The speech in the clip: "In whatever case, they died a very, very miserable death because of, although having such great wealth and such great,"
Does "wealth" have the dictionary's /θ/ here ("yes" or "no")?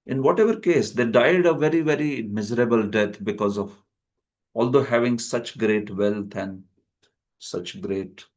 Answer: no